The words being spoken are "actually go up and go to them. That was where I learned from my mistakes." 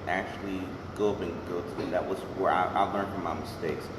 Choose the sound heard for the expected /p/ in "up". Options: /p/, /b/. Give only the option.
/b/